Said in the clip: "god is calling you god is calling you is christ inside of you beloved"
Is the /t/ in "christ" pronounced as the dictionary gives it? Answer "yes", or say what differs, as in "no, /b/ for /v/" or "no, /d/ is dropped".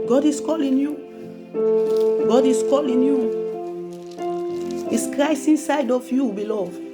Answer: no, /t/ is dropped